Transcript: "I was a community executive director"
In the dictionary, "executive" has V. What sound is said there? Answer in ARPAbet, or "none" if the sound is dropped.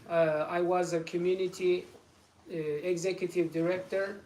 V